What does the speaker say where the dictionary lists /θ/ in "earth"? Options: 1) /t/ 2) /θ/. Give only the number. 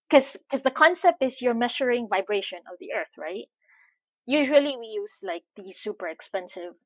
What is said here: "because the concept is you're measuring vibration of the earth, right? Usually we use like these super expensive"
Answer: 2